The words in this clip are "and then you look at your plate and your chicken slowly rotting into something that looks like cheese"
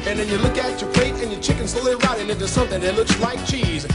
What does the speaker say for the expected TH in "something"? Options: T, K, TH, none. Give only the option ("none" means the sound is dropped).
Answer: TH